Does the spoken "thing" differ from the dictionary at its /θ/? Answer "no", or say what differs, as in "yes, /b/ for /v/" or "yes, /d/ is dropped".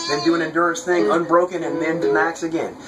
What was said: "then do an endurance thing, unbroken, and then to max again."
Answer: no